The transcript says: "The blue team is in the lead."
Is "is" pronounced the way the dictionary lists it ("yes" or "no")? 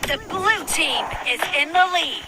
yes